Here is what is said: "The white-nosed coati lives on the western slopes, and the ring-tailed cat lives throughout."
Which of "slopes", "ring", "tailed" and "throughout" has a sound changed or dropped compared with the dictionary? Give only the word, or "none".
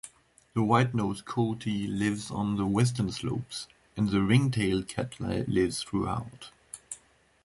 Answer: none